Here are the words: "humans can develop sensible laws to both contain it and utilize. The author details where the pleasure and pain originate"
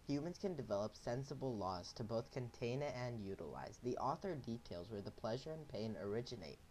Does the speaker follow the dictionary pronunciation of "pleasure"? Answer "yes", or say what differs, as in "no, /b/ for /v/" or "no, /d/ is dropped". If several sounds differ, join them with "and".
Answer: yes